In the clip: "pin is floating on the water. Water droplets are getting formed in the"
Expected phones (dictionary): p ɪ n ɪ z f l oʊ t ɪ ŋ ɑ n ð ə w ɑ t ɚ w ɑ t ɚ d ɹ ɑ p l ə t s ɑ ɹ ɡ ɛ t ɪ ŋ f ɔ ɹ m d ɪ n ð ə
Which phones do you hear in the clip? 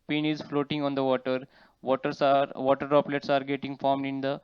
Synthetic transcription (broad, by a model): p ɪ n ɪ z f l oʊ t ɪ ŋ ɑ n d ə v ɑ t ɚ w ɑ t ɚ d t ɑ p l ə t s ɑ ɹ ɡ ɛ t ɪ ŋ f ɔ ɹ m d ɪ n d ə